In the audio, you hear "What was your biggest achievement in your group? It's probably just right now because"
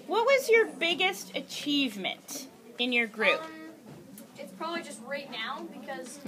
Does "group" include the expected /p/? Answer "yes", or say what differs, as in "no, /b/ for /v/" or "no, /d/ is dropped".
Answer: yes